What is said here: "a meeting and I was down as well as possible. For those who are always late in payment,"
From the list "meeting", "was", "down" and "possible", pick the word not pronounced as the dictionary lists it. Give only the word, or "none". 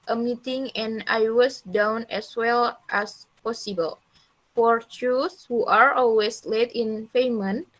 was